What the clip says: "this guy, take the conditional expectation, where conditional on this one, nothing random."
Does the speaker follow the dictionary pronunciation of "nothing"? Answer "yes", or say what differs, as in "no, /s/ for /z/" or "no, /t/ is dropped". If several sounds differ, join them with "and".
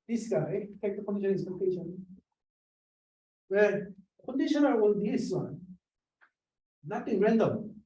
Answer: no, /t/ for /θ/